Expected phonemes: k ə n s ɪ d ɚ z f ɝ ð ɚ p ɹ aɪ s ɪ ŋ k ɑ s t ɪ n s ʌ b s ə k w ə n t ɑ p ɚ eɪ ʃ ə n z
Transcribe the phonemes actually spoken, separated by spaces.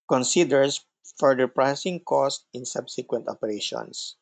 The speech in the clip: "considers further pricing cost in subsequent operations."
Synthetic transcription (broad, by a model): k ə n s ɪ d ɚ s f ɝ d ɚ p ɹ aɪ s ɪ ŋ k ɑ s t ɪ n s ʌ b s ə k w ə n t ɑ p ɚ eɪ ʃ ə n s